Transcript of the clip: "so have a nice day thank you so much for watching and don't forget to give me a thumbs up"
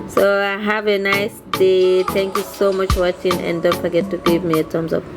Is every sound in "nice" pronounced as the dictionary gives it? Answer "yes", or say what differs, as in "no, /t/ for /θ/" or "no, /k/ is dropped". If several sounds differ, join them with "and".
yes